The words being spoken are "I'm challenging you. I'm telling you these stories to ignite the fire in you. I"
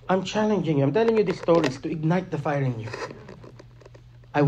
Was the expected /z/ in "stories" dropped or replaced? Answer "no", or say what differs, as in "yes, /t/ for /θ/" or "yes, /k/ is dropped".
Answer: yes, /s/ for /z/